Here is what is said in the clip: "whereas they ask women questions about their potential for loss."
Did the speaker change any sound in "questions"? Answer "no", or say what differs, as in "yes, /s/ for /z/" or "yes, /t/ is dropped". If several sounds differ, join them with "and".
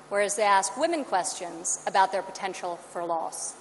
no